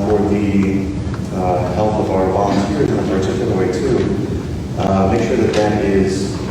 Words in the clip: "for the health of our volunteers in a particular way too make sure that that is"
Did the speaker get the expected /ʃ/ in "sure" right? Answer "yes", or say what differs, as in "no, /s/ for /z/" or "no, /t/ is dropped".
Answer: yes